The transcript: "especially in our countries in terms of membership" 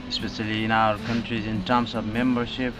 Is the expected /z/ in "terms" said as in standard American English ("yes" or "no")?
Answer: no